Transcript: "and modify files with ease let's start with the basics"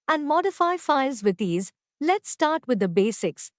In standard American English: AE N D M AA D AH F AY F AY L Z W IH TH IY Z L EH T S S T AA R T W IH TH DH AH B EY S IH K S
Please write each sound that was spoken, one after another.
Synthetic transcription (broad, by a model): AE N D M AA D AH F AY F AY L Z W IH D IY Z L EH T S S T AA R T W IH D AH B EY S IH K S